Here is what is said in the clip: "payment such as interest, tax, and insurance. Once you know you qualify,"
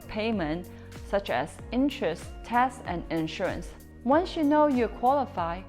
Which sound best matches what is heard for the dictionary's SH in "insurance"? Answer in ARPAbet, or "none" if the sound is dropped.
SH